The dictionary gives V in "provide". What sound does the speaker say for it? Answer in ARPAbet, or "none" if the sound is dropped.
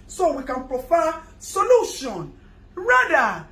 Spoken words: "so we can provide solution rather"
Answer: F